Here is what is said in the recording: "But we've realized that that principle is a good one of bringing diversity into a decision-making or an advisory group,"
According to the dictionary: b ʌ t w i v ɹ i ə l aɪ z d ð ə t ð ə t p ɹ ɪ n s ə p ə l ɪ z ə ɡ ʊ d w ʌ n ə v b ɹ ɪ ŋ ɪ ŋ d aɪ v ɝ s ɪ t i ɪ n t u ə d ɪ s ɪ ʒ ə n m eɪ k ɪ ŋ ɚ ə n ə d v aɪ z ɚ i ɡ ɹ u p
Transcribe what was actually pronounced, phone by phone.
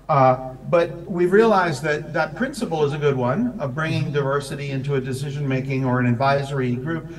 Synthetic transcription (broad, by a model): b ʌ t w i v ɹ i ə l aɪ z ð ə t ð ə t p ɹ ɪ n s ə p l ɪ z ə ɡ ʊ d w ʌ n ə v b ɹ ɪ ŋ ɪ ŋ d aɪ v ɝ s ɪ t i ɪ n t u ə d ɪ s ɪ ʒ ə n m eɪ k ɪ ŋ ɚ ə n ə d v aɪ z ɚ i ɡ ɹ u p